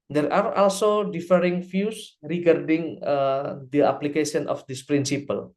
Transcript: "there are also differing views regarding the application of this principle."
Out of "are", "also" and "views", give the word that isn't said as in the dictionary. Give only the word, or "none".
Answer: views